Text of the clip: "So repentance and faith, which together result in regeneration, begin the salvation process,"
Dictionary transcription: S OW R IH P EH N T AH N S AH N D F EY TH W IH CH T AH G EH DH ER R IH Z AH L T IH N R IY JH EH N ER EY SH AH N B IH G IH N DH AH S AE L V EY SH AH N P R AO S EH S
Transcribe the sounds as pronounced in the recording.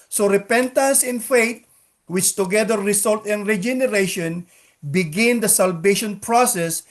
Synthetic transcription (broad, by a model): S OW R IH P EH N T AH N S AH N F EY T W IH CH T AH G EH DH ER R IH S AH L T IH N R IY JH EH N ER EY SH AH N B IH G IH N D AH S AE L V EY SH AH N P R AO S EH S